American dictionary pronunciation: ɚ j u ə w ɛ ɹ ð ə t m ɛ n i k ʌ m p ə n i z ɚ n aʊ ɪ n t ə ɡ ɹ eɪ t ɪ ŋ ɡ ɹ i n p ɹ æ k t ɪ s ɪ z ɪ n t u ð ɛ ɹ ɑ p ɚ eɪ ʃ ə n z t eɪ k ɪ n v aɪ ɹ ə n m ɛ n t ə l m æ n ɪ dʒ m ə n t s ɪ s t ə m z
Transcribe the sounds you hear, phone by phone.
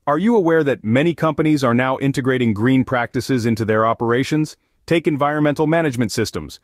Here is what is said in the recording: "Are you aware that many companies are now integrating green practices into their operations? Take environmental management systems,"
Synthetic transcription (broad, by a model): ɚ j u ə w ɛ ɹ ð ə t m ɛ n i k ʌ m p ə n i z ɚ n aʊ ɪ n t ə ɡ ɹ eɪ t ɪ ŋ ɡ ɹ i n p ɹ æ k t ɪ s ɪ z ɪ n t u ð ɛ ɹ ɑ p ɚ eɪ ʃ ə n z t eɪ k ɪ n v aɪ ɹ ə n m ɛ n t l m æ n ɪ dʒ m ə n t s ɪ s t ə m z